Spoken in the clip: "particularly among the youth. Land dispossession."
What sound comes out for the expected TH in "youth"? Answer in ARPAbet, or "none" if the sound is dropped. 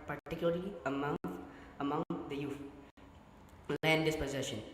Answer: F